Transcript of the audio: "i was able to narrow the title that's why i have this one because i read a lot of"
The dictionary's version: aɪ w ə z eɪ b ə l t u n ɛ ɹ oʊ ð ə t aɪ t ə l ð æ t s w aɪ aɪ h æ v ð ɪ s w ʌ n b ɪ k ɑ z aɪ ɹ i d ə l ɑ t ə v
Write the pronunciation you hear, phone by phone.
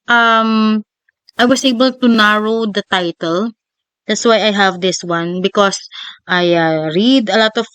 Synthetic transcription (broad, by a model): aɪ w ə s eɪ b ə l t u n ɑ ɹ oʊ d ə t aɪ t ə l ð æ t s w aɪ aɪ h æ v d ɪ s w ʌ n b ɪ k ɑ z aɪ ɹ i d ə l ɑ t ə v